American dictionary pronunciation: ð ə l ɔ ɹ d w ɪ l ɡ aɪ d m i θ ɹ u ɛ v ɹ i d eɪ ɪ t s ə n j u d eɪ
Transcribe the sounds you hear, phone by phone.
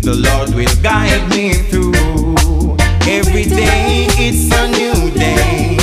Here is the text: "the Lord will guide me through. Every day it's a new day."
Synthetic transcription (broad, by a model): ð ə l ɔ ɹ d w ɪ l ɡ aɪ d m i θ ɹ u ɛ v ɹ i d eɪ ɪ t s ə n j u d eɪ